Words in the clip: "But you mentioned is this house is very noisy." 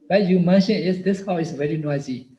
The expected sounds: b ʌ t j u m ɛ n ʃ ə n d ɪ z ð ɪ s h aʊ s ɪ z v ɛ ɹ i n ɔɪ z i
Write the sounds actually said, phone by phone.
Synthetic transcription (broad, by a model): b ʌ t j u m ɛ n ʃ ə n ɪ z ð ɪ s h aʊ ɪ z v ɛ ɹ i n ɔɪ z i